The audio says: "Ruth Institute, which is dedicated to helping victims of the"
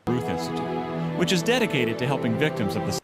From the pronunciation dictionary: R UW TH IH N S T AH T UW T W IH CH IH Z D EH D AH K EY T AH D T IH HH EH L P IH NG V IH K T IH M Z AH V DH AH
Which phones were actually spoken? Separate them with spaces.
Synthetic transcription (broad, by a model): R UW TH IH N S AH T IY W IH CH IH Z D EH D AH K EY T AH D T IH HH EH L P IH NG V IH K T IH M Z AH V DH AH